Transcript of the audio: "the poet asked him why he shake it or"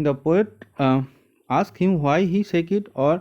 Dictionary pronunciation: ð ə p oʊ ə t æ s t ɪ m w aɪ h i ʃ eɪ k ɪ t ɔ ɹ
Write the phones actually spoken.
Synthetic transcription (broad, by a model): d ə p oʊ ə t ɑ s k ɪ m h aɪ h i s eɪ k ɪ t ɔ ɹ